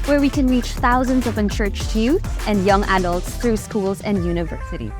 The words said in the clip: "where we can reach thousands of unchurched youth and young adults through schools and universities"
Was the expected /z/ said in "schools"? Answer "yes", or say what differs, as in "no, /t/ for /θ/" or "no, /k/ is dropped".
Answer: yes